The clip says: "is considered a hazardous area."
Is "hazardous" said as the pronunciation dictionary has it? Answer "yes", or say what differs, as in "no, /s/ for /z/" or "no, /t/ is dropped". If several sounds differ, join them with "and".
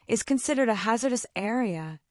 yes